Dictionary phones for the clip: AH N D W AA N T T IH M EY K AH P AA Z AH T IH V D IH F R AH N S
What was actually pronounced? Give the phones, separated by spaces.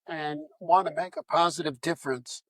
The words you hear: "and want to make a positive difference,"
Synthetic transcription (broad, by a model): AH N W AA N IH M EY K AH P AA Z AH T IH V D IH F R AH N S